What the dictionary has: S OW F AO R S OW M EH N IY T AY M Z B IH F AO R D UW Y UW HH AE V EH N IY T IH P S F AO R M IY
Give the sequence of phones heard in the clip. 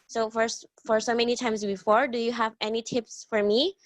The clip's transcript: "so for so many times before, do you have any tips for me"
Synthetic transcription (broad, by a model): S OW F AO R S OW M EH N IY T AY M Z B IH F AO R D UW Y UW HH AE V EH N IY T IH P S F AO R M IY